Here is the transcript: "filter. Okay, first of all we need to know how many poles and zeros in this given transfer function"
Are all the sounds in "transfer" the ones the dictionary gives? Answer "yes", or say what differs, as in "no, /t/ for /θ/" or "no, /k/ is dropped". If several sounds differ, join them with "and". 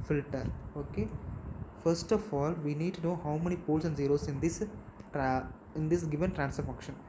no, /f/ is dropped